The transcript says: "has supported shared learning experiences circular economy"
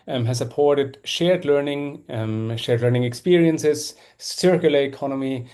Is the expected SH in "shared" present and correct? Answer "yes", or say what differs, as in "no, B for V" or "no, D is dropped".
yes